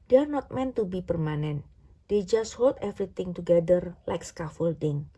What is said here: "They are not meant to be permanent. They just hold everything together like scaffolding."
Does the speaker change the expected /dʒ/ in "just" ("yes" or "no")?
no